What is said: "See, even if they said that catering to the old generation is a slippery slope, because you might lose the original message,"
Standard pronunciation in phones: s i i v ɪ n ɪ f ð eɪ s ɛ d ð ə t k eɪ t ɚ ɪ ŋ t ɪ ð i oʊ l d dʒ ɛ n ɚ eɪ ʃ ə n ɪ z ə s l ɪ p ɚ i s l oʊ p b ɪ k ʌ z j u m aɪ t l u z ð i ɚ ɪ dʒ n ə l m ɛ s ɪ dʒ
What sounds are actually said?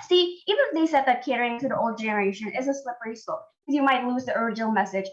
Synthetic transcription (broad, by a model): s i i v ɪ n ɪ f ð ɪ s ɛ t ð ə t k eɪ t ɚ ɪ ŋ t ɪ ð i oʊ l d dʒ ɛ n ɚ eɪ ʃ ə n ɪ z ə s l ɪ p ɚ i s oʊ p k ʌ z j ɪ m aɪ t l u z ð i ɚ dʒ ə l m ɛ s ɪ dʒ